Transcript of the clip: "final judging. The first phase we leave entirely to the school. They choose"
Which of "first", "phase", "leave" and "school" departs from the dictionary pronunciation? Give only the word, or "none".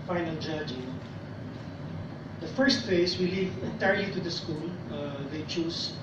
phase